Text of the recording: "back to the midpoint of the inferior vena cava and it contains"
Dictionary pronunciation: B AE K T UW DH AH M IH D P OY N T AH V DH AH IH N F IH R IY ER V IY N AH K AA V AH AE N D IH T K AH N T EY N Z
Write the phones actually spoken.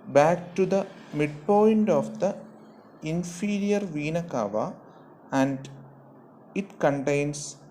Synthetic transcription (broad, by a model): B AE K T UW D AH M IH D P OY N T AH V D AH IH N F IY R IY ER V IY N AH K AA V AH AE N D IH T K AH N T EY N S